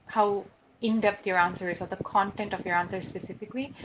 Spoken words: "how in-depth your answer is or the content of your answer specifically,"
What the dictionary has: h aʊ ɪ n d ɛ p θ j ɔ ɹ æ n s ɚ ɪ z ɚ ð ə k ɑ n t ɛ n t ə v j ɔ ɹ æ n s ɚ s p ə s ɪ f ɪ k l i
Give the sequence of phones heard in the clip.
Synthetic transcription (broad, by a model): h aʊ ɪ n d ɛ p t j ɔ ɹ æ n s ɚ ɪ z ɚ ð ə k ɑ n t ɛ n t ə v j ɔ ɹ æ n s ɚ s p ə s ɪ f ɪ k l i